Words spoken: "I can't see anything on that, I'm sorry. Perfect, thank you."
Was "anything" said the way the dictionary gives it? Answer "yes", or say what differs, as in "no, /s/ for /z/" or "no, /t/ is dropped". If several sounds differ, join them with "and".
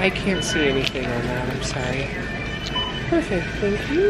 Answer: yes